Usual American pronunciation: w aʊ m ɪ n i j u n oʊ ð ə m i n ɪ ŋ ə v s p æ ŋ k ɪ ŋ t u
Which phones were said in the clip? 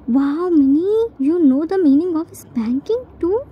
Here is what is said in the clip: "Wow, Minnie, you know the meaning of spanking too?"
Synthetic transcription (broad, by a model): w aʊ m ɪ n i j u n oʊ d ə m i n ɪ ŋ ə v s b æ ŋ k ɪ ŋ t u